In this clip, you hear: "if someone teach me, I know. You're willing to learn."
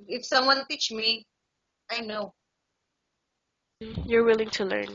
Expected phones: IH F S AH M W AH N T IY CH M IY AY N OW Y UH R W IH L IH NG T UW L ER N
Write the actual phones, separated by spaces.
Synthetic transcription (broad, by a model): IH F S AH M W AH N T IY CH M IY AY N OW Y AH R W IH L IH NG T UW L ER N